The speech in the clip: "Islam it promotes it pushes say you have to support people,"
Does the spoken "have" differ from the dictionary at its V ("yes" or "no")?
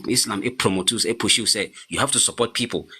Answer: yes